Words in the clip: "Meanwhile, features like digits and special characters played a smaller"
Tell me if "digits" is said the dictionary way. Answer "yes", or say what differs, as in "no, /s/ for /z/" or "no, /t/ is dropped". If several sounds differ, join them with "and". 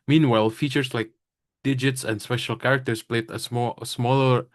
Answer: yes